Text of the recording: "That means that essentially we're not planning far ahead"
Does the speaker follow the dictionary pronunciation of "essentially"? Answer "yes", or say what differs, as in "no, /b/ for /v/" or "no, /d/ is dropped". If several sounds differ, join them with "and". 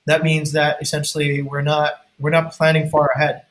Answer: no, /n/ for /l/